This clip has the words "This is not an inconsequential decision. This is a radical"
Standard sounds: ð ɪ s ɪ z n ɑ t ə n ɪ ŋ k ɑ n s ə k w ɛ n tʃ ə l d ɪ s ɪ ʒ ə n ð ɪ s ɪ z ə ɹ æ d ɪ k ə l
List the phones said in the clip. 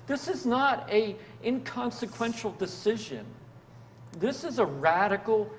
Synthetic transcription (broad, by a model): ð ɪ s ɪ z n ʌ t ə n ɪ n k ɑ n s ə k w ɛ n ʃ l d ɪ s ɪ ʒ ə n ð ɪ s ɪ z ə ɹ æ d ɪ k l